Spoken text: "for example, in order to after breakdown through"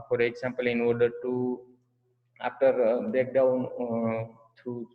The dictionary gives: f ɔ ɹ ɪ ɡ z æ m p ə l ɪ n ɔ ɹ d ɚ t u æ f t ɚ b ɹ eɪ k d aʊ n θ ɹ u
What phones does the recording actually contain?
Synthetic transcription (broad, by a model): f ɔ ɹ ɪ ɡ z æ m p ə l ɪ n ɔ ɹ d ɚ t u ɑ f t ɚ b eɪ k d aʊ n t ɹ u